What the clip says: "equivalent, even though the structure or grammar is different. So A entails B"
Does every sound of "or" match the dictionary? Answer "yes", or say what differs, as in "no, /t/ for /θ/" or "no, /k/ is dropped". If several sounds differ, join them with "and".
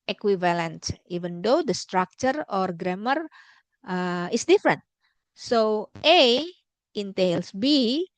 yes